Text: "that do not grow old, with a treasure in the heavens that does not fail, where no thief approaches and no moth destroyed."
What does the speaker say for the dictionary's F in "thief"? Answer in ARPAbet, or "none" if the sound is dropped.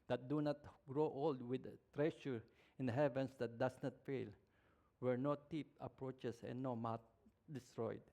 P